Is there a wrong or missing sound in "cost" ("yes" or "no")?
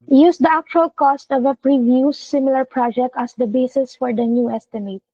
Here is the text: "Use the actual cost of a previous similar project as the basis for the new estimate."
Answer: no